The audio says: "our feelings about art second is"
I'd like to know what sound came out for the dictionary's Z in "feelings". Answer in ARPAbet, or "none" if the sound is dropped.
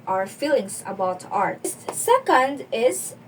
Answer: S